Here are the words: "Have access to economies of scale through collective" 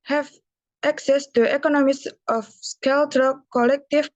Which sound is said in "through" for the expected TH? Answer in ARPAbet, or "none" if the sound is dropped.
T